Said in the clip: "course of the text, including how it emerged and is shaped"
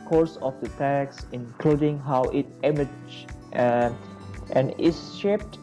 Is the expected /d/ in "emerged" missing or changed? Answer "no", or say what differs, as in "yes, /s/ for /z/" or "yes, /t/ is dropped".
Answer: yes, /d/ is dropped